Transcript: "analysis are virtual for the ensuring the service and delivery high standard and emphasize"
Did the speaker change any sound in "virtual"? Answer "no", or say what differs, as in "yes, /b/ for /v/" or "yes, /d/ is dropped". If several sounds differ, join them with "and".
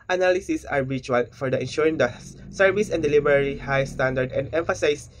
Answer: yes, /b/ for /v/